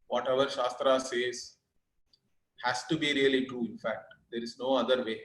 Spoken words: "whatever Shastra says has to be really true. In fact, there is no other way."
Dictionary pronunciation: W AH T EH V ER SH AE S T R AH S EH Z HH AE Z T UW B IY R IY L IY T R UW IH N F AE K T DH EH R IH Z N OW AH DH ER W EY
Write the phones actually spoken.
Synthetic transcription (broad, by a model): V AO T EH V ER SH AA S T R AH S EH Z HH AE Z T UW B IY R IY L IY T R UW IH N F AE K T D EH R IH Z N OW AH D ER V EY